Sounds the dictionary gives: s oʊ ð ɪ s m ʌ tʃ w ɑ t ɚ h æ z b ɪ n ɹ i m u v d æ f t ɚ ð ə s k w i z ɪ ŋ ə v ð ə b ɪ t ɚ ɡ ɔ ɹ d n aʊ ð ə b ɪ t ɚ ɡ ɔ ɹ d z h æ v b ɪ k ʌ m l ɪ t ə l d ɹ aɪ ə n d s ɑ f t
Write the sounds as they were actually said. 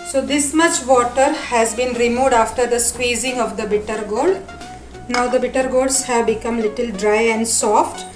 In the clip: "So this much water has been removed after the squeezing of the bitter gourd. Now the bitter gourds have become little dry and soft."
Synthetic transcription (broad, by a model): s oʊ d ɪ s m ʌ tʃ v ɑ t ɚ h æ z b ɪ n ɹ i m u v d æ f t ɚ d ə s k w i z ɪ ŋ ə v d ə b ɪ t ɚ ɡ ɔ l d n aʊ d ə b ɪ t ɚ ɡ ɔ l d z h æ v b ɪ k ʌ m l ɪ t ə l d ɹ aɪ ə n d s ɑ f t